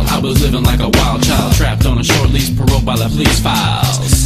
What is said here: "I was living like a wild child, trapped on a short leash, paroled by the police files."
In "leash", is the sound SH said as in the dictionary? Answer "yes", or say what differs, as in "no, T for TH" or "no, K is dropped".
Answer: no, S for SH